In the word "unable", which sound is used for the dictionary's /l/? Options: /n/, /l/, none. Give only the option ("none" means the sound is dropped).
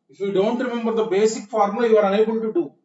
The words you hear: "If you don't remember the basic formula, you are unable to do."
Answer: /n/